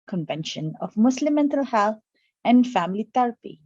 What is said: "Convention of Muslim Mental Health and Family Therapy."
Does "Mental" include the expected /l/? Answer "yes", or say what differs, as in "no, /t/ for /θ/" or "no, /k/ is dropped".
yes